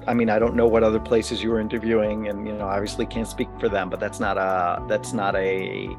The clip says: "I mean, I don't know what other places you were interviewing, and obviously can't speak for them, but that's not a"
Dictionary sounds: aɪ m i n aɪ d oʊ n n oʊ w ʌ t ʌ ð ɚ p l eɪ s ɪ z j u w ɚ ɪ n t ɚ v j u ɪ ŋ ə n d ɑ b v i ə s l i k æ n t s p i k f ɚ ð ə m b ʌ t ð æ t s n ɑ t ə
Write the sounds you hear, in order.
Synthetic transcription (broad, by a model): aɪ m i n aɪ d oʊ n n oʊ w ʌ t ʌ ð ɚ p l eɪ s ɪ z j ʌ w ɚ ɪ n t ɚ v j u ɪ ŋ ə n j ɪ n v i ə s l i k æ n t s p i k f ɚ ð ə m b ʌ t ð æ t s n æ t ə